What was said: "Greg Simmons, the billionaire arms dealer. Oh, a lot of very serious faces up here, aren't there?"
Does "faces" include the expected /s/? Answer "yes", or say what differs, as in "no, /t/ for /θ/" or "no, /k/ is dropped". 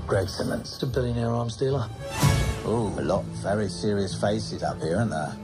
yes